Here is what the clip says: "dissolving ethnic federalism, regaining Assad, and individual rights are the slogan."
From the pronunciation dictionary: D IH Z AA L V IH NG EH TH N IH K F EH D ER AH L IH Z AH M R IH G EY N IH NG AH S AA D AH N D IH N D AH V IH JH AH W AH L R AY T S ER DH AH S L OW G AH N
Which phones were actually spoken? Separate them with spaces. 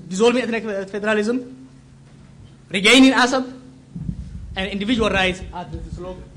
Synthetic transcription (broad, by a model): D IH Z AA L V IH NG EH T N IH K F EH D ER AH L IH Z AH M R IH G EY N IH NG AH S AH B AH N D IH N D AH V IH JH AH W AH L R AY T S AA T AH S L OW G